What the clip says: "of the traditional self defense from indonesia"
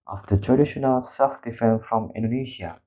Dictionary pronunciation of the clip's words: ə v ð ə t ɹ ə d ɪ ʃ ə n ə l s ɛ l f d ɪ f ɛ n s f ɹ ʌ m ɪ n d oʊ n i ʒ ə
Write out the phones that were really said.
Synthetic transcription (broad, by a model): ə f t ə t ɹ ə d ɪ ʃ ə n ə l s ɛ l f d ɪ f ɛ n f ɹ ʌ m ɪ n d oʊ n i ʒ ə